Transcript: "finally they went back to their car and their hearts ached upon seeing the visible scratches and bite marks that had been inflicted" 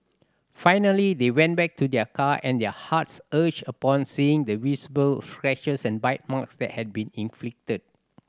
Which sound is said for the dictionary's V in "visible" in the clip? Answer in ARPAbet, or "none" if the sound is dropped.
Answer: W